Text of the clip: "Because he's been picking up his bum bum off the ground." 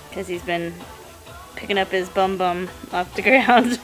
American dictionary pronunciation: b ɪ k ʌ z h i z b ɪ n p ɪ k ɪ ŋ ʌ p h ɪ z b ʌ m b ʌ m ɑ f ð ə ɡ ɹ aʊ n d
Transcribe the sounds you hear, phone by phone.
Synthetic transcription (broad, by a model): k ʌ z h i z b ɪ n p ɪ k ɪ ŋ ʌ p h ɪ z b ʌ m b ʌ m ɑ f ð ə ɡ ɹ aʊ n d